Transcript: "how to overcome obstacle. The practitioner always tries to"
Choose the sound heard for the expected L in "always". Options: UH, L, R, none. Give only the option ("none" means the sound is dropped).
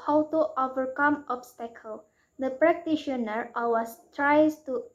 none